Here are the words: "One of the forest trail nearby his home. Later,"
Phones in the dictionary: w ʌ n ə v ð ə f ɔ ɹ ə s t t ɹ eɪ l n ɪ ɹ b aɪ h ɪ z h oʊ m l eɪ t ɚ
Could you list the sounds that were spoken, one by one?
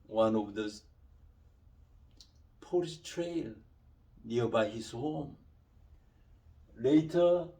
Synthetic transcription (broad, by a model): w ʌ n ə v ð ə p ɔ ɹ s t t ɹ eɪ l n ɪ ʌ b aɪ h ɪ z h oʊ m l eɪ t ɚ